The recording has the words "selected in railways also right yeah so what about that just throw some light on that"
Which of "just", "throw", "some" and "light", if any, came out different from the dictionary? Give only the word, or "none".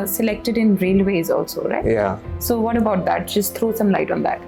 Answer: throw